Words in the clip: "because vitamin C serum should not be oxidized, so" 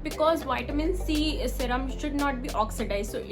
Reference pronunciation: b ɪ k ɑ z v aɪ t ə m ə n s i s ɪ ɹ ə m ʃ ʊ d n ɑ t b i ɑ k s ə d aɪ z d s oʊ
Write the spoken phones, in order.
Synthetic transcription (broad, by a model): b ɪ k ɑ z v aɪ t ə m ə n s i s ɪ ɹ ə m ʃ ʊ d n ɑ t b i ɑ k s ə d aɪ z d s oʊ